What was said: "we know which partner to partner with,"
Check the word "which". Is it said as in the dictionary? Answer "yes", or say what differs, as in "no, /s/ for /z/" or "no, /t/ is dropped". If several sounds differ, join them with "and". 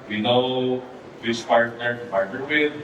no, /s/ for /tʃ/